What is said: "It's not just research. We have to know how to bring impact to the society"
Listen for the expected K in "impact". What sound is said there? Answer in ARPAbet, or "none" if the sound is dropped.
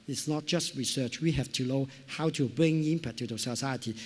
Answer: none